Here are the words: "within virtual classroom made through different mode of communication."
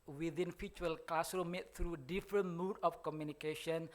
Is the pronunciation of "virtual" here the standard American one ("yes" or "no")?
no